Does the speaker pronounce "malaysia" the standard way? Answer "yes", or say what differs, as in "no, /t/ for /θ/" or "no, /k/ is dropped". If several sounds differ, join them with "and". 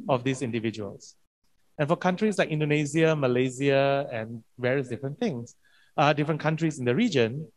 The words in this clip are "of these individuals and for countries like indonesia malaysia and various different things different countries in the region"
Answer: no, /z/ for /ʒ/